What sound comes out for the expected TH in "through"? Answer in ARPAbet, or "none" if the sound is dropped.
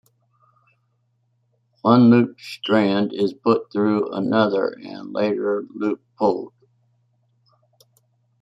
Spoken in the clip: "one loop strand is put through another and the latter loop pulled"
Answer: TH